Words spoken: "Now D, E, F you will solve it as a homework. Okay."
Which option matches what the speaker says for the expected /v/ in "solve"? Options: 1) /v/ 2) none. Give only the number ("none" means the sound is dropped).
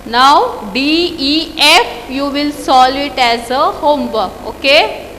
2